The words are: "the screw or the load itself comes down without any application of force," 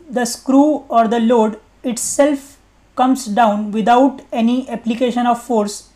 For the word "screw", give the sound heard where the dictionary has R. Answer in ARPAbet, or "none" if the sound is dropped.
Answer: R